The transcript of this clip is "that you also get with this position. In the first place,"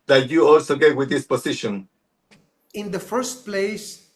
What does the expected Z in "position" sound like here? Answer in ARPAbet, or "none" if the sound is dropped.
S